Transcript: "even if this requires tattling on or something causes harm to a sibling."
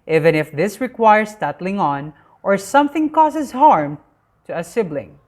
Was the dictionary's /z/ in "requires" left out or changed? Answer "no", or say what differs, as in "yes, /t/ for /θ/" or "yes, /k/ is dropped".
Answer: yes, /s/ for /z/